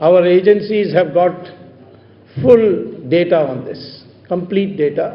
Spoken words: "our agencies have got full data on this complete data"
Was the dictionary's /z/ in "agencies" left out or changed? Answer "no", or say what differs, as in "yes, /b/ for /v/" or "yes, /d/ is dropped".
no